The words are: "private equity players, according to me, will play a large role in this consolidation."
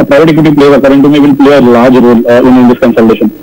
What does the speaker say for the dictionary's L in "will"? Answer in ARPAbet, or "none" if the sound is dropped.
N